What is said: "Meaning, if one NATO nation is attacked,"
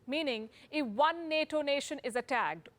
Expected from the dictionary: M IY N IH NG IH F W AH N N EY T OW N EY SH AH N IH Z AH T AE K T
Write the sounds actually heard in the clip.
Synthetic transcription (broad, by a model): M IY N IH NG IH F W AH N N EY T OW N EY SH AH N IH Z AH T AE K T